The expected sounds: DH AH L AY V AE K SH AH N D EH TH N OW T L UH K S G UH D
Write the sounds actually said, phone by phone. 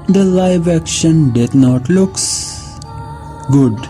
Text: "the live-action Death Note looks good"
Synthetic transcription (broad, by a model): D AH L AY V AE K SH AH N D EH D N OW T L UH K S G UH D